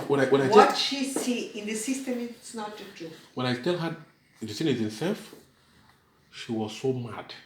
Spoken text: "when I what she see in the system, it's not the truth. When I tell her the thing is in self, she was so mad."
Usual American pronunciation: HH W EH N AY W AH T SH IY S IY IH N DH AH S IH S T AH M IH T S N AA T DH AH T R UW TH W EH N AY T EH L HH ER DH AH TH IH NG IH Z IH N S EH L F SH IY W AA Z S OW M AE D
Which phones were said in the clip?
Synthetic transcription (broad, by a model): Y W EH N AY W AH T SH IY S IY IH N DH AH S IH S T AH M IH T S N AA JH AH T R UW W EH N AY T EH L HH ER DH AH S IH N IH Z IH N S EH L F SH IY W AA Z S OW M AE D